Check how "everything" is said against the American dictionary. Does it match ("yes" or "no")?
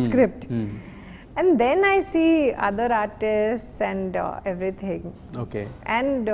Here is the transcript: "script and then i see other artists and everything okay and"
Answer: no